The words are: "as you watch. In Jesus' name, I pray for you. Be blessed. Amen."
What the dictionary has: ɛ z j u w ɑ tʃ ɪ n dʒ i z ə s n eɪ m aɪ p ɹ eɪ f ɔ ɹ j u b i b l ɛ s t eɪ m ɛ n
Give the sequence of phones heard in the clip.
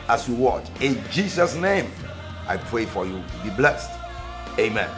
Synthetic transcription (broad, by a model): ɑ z j u w ɑ tʃ ɪ n dʒ i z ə s n eɪ m aɪ p ɹ eɪ f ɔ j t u b i b l ɛ s t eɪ m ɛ n